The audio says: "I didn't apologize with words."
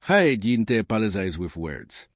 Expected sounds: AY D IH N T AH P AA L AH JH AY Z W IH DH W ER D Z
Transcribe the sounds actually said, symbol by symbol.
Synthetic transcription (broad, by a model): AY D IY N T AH P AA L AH Z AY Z W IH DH W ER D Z